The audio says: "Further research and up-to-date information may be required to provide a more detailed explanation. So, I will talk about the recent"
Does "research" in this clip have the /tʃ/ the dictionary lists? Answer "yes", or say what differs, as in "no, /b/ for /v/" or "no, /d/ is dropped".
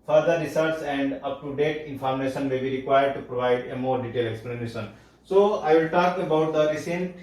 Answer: no, /s/ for /tʃ/